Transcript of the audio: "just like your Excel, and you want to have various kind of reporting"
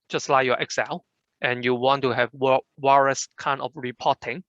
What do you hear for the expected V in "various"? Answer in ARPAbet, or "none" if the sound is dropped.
W